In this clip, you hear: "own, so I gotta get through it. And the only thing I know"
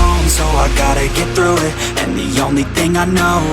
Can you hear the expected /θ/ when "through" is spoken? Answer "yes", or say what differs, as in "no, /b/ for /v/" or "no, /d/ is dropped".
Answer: yes